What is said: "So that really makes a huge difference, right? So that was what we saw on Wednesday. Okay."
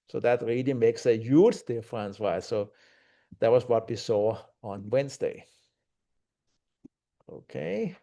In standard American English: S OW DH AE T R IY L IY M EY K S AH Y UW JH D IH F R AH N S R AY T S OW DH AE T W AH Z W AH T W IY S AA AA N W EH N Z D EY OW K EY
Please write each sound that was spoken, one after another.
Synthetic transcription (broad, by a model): S OW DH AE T R IY L IY M EY K S AH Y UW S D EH F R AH N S W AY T S OW DH AE T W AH S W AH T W IY S AA AA N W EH N S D EY OW K EY